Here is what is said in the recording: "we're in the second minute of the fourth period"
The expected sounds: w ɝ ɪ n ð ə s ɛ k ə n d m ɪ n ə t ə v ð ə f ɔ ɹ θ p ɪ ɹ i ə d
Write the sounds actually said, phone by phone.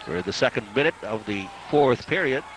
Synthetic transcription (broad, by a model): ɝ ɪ ð ə s ɛ k ə n d m ɪ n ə t ə v ð ə f ɔ ɹ θ p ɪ ɹ i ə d